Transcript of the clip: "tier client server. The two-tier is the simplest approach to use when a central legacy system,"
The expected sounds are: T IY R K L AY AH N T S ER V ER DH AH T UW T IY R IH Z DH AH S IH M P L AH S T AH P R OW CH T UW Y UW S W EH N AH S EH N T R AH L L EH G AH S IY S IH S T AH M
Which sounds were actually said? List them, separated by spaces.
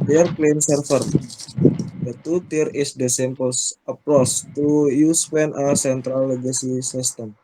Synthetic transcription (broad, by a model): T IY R K L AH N S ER F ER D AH T UW T IY R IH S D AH S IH M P AH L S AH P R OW S T UW Y UW S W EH N AH S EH N T R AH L L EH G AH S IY S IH S T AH M